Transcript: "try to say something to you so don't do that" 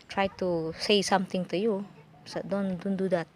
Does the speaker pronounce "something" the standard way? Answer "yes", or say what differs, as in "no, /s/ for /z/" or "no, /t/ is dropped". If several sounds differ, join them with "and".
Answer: no, /t/ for /θ/